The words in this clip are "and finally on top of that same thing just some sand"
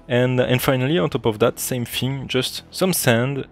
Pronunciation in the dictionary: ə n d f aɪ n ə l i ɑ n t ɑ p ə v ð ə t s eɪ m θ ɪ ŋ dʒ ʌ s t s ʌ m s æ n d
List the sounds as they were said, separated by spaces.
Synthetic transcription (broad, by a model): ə n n f aɪ n ə l i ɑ n t ɑ p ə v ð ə t s eɪ m f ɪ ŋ dʒ ʌ s t s ʌ m s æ n d